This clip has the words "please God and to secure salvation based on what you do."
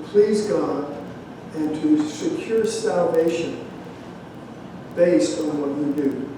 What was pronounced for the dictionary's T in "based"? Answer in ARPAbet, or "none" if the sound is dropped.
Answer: T